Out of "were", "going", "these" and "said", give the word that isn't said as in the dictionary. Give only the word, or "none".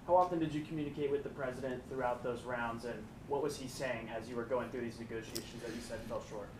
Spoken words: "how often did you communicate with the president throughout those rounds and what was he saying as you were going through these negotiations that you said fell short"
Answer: none